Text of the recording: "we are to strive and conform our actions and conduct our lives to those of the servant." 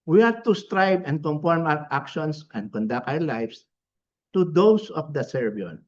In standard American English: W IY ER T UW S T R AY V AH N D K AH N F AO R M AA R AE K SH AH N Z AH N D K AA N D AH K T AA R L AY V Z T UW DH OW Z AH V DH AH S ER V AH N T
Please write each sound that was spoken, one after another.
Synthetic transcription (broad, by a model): W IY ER T UW S T R AY B AH N D K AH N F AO R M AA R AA K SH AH N S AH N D K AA N D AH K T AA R L AY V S T UW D OW S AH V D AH S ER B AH N